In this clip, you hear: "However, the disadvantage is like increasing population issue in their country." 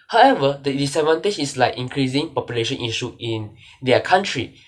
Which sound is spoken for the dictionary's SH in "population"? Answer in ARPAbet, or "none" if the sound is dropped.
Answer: SH